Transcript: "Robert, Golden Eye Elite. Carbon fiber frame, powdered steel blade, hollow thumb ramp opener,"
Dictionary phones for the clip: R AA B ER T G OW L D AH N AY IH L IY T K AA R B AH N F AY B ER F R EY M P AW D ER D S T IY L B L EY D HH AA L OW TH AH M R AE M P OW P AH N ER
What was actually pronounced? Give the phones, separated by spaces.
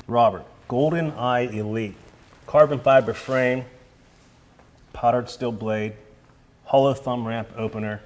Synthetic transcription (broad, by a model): R AA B ER T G OW L D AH N AY IH L IY T K AA R B AH N F AY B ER F R EY M P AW D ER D S T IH L B L EY D HH AA L OW TH AH M R AE M P OW P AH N ER